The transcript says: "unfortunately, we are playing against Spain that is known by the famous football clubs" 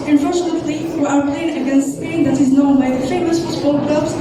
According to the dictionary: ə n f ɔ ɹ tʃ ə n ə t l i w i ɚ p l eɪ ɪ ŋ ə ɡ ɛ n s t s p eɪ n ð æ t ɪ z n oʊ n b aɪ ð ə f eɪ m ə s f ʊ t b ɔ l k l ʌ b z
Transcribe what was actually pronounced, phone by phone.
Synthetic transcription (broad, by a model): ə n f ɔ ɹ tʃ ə n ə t l i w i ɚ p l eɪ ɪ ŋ ə ɡ ɛ n s t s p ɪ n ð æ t ɪ z n oʊ n b aɪ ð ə f eɪ m ə s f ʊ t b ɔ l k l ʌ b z